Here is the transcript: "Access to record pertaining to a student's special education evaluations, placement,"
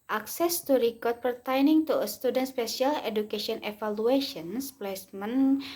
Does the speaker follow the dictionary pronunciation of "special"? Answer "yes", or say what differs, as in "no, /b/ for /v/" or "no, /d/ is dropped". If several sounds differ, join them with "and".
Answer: no, /s/ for /ʃ/